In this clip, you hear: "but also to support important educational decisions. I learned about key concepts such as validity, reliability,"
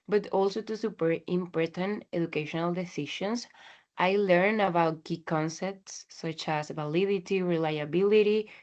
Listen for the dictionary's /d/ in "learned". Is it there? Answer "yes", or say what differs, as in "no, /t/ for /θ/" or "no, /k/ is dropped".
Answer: no, /d/ is dropped